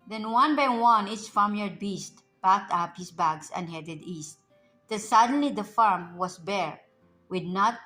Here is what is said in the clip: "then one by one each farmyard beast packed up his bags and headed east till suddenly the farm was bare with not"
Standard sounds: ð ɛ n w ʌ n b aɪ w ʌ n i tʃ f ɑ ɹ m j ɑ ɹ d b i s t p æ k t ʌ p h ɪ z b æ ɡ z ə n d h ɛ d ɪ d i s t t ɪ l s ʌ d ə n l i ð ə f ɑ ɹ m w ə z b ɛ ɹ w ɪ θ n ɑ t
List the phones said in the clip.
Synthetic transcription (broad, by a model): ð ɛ n w ʌ n b aɪ w ʌ n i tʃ f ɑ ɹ m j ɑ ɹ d b i s t b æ k t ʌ p h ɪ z b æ ɡ s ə n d h ɛ d ɪ d i s t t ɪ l s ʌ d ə n l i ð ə f ɑ ɹ m w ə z b ɛ ɹ w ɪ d n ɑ t